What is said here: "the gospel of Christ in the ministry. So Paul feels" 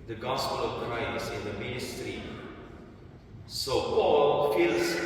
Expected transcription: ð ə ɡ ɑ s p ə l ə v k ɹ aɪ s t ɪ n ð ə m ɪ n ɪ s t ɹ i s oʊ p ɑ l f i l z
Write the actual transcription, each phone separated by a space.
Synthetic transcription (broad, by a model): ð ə ɡ ɑ s p ə l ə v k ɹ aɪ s ɪ n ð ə m ɪ n ɪ s t ɹ i s oʊ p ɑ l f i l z